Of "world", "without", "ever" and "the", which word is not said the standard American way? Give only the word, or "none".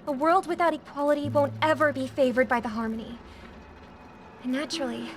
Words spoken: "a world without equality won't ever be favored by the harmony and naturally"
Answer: none